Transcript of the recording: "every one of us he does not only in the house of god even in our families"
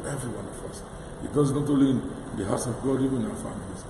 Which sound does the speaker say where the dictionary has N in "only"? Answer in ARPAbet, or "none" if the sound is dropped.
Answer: none